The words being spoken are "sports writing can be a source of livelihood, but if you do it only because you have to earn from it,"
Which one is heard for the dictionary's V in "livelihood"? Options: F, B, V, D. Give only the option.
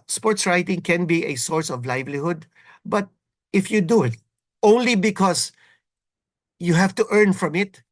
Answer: V